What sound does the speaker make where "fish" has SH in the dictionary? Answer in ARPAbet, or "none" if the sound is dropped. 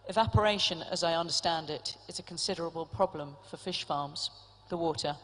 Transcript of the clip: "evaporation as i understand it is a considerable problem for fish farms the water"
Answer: SH